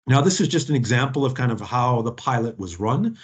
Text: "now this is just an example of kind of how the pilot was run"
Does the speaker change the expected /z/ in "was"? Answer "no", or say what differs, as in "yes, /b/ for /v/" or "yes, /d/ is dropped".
no